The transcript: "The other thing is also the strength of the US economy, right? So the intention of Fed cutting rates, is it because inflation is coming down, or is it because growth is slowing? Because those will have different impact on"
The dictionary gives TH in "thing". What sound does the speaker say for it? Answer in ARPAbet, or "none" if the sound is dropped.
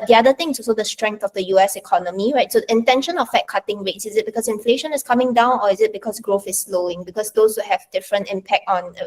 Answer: T